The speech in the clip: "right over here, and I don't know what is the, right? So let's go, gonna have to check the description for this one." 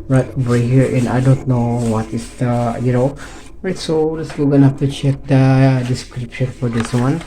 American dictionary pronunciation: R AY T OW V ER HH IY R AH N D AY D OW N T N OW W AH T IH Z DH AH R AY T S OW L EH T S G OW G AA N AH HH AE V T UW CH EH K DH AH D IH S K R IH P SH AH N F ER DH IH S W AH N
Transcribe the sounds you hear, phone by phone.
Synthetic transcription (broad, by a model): R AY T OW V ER HH IY R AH N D AY D OW N T N OW W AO T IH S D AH R AY T S OW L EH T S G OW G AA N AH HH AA F T UW CH EH K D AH D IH S K R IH P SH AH N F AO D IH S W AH N